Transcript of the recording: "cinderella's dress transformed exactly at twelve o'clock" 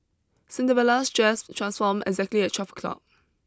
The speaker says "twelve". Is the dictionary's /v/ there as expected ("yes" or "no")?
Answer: no